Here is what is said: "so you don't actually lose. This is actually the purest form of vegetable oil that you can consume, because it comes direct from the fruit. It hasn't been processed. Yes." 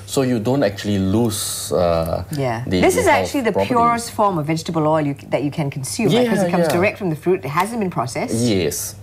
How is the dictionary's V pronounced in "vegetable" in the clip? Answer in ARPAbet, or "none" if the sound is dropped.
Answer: V